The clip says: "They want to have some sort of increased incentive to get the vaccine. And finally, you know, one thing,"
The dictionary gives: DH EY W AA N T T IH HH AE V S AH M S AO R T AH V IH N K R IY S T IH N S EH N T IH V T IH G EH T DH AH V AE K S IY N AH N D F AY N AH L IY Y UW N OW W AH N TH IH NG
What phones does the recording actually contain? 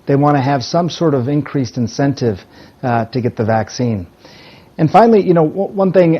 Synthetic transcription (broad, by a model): DH EY W AA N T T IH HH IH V S AH M S AO R T AH V IH N K R IY S T IH N S EH N T IH V T IH G EH T DH AH V AE K S IY N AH N F AY N L IY Y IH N OW W AH N TH IH NG